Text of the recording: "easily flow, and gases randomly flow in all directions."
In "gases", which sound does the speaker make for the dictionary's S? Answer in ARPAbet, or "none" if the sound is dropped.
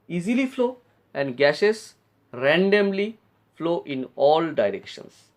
SH